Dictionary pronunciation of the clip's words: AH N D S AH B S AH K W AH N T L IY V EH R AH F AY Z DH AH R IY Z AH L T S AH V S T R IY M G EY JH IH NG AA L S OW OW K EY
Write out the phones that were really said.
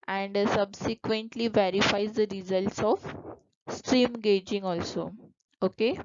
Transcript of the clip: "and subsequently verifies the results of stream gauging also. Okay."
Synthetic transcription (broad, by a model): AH N D S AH B S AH K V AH N T L IY V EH R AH F AY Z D AH R IY Z AH L T S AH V S T R IY M G EY JH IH NG AA L S OW OW K EY